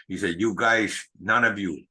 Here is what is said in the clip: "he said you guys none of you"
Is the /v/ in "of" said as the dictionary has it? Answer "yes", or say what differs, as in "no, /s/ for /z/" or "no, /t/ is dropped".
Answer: yes